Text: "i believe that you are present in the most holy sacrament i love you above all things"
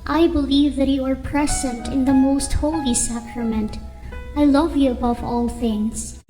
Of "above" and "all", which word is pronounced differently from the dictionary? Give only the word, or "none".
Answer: none